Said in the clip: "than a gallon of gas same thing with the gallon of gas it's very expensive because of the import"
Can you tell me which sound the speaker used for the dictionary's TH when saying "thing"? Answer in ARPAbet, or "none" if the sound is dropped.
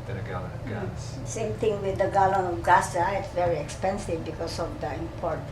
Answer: T